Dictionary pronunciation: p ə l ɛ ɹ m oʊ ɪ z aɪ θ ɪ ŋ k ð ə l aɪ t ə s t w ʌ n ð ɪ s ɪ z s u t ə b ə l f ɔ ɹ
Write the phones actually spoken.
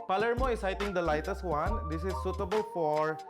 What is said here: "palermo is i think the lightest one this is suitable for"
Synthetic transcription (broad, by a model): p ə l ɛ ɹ m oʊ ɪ s aɪ t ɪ ŋ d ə l aɪ t ə s t w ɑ n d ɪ s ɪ s u t ə b ə l f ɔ ɹ